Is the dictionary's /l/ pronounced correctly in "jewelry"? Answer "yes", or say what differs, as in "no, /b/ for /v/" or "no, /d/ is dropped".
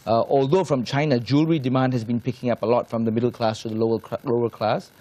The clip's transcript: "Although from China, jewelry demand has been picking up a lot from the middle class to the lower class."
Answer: yes